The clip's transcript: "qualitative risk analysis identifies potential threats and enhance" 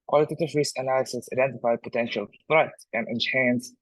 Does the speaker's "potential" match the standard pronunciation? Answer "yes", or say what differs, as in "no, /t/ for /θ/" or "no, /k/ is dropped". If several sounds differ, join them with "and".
yes